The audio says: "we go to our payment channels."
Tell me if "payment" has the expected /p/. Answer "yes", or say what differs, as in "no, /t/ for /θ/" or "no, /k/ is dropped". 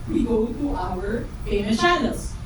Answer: no, /f/ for /p/